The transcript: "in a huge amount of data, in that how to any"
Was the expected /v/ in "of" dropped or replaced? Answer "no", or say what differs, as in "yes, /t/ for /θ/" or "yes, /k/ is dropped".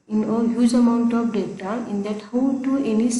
yes, /p/ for /v/